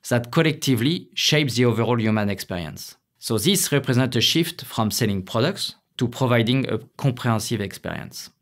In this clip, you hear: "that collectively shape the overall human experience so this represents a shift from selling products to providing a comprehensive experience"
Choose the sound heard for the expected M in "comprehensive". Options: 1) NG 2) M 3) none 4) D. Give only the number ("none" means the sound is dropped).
3